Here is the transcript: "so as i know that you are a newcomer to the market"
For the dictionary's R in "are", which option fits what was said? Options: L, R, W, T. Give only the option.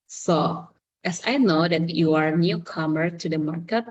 R